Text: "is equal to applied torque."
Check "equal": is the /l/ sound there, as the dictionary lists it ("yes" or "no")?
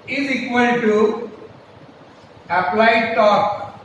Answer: no